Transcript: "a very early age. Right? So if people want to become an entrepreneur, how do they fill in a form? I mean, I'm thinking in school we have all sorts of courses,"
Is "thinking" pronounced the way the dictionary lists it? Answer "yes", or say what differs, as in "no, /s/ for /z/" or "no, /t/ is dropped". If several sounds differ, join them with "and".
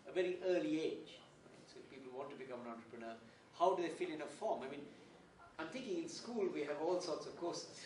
no, /t/ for /θ/